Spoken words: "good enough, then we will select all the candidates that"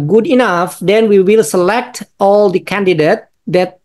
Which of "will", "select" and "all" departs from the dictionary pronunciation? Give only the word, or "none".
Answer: none